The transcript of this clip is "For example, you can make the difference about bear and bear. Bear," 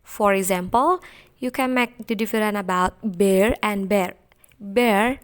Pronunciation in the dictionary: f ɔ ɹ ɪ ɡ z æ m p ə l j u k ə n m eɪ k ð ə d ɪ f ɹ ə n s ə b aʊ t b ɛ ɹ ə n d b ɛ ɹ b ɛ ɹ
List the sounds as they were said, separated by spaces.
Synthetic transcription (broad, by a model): f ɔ ɹ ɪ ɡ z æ m p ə l j u k ə n m eɪ k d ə d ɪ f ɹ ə n ə b aʊ t b ɛ ɹ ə n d b ɛ ɹ b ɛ ɹ